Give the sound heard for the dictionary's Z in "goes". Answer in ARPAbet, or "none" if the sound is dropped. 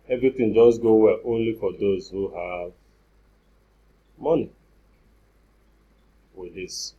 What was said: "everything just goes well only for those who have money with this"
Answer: none